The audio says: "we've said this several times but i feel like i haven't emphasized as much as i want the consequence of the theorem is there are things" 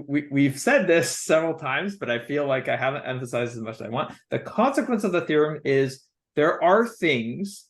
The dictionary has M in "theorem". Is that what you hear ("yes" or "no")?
yes